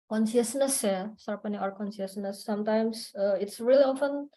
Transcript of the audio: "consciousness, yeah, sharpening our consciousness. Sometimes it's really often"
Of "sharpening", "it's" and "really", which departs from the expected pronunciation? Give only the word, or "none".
sharpening